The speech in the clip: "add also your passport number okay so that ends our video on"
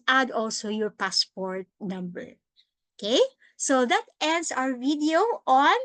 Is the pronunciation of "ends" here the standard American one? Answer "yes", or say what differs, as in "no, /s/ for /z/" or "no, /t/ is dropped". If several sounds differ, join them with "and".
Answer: no, /s/ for /z/